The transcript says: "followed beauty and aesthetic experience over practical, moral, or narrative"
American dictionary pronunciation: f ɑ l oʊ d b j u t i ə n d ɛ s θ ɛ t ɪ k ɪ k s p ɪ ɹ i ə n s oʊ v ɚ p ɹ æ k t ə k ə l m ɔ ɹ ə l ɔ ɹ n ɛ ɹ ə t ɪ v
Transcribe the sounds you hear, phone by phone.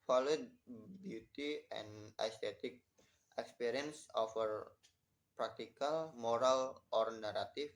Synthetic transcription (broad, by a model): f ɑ l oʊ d b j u t i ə n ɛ s t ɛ t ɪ k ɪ k s p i ɹ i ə n s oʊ f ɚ p ɹ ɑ k t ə k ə l m ɔ ɹ ə l ɔ ɹ n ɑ ɹ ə t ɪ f